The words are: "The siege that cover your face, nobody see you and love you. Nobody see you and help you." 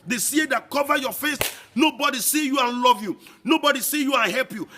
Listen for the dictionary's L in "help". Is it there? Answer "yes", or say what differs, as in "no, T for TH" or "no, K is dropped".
yes